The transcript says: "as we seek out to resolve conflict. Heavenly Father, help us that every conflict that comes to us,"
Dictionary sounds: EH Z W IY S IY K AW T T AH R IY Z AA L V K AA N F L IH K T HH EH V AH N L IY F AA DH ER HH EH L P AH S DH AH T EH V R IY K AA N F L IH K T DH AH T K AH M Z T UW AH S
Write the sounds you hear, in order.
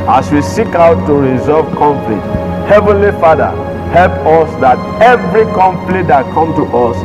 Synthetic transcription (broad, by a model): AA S W IY S IY K AW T T AH R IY Z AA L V K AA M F L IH T HH EH V AH N L IY F AA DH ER HH EH L P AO S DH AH T EH V R IY K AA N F L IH T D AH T K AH M T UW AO S